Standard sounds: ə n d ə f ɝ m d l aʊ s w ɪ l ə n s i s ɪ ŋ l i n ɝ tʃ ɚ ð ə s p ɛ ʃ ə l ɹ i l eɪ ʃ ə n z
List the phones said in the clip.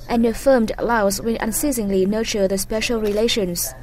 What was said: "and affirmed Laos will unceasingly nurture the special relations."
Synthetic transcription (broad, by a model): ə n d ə f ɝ m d l aʊ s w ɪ n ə n s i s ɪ ŋ l i n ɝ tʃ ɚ ð ə s p ɛ ʃ ə l ɹ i l eɪ ʃ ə n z